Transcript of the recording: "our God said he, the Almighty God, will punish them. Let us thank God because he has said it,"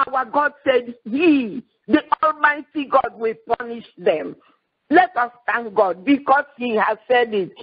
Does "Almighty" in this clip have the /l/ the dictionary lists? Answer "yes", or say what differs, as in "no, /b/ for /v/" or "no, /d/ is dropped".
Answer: yes